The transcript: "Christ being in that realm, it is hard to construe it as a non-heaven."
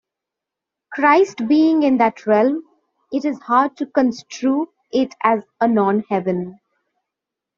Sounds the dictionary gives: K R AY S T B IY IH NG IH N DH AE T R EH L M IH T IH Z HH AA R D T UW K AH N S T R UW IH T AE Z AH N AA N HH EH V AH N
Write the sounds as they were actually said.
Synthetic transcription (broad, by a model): K R AY S T B IY IH NG IH N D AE T R EH L M IH T IH Z HH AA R D T UW K AH N S T R UW IH T AE Z AH N AA N HH EH V AH N